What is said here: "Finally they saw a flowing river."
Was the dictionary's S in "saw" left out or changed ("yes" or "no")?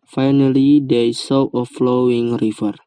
no